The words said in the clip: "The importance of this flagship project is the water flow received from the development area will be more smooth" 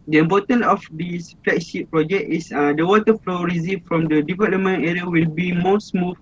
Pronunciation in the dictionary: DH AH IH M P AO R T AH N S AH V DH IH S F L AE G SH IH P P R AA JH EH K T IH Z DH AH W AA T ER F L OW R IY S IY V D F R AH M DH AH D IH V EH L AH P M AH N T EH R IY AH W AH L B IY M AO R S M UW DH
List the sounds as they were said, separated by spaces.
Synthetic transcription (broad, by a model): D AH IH M P AO T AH N AH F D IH S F L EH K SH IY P P R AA JH EH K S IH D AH W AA T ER F L OW R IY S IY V F R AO M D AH D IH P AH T M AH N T EH R IY AH W AH L B IY M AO S M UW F